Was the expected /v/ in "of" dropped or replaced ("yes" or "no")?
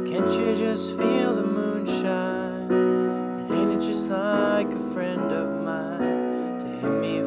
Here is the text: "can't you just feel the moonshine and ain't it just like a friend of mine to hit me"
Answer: no